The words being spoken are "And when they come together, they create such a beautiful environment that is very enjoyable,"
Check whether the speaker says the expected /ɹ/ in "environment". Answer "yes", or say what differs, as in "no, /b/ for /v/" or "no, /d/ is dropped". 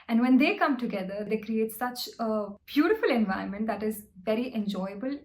no, /ɹ/ is dropped